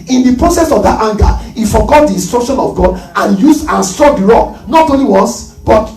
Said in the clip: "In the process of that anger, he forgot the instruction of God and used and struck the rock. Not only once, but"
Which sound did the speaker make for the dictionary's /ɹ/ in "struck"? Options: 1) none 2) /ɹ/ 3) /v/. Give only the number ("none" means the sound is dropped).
1